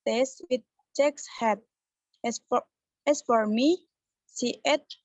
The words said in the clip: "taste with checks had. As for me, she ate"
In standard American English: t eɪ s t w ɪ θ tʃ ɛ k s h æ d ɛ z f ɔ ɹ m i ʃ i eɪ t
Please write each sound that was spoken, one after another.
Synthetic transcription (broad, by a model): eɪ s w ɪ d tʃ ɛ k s h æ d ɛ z f ɔ ɹ m i s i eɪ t